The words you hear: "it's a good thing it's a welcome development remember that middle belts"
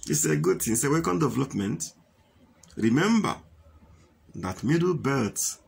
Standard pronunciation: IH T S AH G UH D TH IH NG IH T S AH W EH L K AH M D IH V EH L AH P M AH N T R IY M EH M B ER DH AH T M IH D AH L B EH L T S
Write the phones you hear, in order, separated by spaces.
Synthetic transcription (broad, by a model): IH S AH G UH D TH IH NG S AH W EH K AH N D IH V EH L AH P M AH N T R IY M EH M B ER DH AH T M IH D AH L B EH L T